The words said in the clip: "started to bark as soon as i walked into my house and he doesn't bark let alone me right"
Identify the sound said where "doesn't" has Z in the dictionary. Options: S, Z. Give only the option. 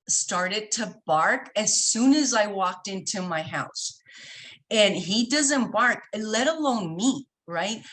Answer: Z